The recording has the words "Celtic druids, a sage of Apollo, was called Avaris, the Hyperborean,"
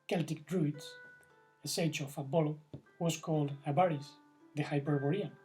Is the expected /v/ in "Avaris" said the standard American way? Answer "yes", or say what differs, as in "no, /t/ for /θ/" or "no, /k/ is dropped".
no, /b/ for /v/